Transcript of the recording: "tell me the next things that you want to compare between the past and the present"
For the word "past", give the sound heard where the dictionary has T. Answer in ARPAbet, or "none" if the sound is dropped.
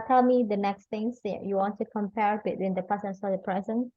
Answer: none